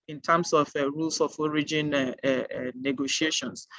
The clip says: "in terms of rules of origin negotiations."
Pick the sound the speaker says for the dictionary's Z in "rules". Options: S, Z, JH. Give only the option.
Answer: S